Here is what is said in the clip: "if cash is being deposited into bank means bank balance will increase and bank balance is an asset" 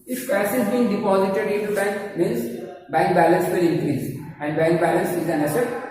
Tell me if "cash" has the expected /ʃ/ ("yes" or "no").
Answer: no